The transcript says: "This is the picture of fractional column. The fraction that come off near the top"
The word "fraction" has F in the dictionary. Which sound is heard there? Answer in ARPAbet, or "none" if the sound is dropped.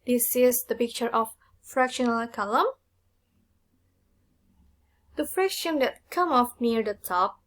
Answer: F